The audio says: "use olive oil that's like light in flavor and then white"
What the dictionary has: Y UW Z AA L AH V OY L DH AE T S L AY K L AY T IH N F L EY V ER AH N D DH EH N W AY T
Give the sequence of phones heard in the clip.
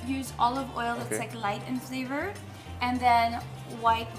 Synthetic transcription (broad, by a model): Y UW Z AA L AH V OY L DH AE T S L AY K L AY T IH N F L EY V ER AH N DH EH N W AY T